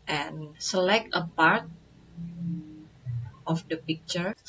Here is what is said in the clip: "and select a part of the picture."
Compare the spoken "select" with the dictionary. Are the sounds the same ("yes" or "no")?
yes